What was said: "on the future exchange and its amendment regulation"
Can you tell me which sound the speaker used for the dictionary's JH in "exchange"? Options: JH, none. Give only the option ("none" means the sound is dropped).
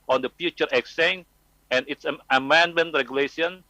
none